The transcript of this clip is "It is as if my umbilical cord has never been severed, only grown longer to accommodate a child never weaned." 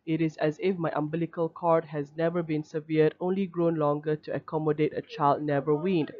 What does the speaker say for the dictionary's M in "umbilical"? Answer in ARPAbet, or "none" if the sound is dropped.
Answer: M